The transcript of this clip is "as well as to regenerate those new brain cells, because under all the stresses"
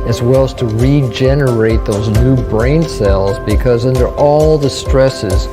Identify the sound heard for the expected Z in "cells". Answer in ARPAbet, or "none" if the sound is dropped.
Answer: Z